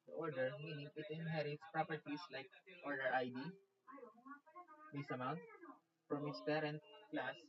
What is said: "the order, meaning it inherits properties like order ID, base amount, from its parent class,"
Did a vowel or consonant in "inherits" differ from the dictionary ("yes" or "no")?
no